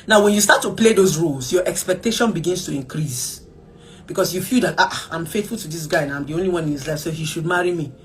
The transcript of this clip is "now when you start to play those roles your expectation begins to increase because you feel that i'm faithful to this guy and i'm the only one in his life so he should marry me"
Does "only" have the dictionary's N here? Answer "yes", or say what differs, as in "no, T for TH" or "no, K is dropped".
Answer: yes